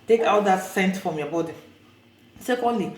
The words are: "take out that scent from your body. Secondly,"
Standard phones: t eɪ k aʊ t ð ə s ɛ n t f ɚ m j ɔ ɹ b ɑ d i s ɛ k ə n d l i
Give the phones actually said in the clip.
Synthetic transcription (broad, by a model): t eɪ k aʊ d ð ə s ɛ n t f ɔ m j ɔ b ɑ d i s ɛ k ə n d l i